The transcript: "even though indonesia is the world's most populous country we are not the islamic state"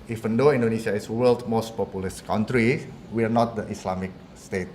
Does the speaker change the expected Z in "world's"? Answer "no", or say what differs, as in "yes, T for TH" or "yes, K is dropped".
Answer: yes, Z is dropped